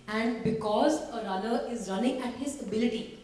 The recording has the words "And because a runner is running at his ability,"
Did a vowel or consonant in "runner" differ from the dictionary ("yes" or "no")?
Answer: yes